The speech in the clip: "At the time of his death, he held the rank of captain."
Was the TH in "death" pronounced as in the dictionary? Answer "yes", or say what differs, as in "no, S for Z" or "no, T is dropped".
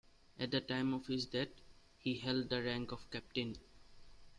no, T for TH